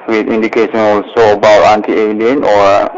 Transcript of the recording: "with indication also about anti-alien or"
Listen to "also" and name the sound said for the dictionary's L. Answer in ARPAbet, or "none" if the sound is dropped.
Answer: L